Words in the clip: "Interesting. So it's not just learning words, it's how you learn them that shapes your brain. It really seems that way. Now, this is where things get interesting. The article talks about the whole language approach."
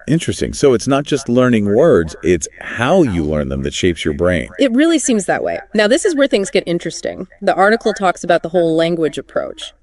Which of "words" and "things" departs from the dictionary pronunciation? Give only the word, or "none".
none